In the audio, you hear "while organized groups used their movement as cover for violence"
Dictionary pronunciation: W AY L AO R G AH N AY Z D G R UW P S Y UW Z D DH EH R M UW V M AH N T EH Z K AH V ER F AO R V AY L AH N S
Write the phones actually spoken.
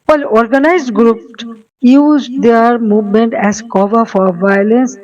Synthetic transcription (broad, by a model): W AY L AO R G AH N AY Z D G R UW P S Y UW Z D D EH R M UW V M AH N T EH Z K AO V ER F AO R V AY L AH N S